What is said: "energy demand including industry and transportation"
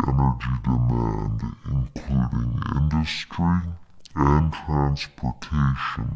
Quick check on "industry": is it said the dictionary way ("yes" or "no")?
yes